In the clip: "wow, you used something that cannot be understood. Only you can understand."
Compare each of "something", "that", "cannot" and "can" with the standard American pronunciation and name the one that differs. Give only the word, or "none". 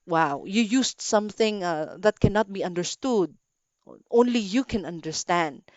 none